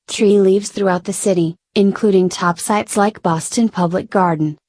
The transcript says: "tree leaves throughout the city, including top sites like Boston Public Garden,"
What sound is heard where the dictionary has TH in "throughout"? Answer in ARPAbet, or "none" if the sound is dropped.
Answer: TH